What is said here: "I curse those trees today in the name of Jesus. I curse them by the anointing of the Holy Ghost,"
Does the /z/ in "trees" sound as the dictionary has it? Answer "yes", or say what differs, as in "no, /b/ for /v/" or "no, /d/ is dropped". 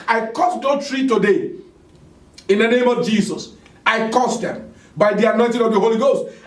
no, /z/ is dropped